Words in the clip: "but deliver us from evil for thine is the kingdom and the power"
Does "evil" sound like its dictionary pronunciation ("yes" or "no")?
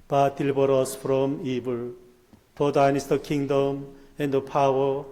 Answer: no